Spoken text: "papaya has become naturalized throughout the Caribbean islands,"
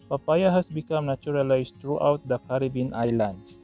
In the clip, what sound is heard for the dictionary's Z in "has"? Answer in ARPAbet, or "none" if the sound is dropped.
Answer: S